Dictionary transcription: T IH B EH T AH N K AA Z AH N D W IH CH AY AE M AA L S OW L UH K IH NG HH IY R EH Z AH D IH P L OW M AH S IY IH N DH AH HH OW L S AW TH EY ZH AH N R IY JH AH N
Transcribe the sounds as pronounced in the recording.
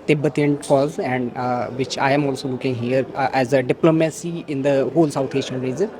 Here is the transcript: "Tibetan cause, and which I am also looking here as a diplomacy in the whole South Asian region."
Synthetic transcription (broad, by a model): T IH B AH T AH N K AA Z AH N D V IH CH AY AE M AA L S OW L UH K IH NG HH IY R EH Z AH D IH P L OW M AH S IY IH N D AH HH OW L S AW T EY SH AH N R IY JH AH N